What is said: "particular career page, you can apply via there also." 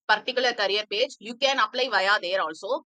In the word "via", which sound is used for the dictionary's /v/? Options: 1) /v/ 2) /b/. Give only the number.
1